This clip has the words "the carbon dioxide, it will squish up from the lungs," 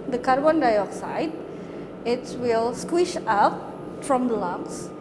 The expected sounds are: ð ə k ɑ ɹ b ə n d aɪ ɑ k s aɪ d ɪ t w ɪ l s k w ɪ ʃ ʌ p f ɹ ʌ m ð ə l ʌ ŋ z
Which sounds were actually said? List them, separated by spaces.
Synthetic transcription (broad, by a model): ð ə k ɑ ɹ b ə n d aɪ ɑ k s aɪ d ɪ t w ɪ l s k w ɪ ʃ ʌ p f ɹ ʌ m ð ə l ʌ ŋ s